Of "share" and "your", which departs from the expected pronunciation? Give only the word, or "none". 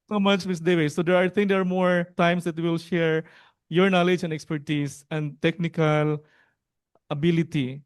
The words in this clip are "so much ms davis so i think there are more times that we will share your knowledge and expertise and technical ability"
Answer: none